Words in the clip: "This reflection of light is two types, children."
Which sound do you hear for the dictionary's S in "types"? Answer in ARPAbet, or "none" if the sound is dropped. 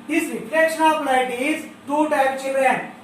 none